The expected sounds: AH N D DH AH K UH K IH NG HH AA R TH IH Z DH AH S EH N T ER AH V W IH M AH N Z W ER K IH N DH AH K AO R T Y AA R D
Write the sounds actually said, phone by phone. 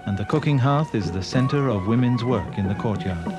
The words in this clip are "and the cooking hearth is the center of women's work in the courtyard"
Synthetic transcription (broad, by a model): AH N DH AH K UH K IH NG HH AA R TH IH Z DH AH S EH N T ER AH V W IH M AH N Z W ER K IH N DH AH K AO R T Y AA R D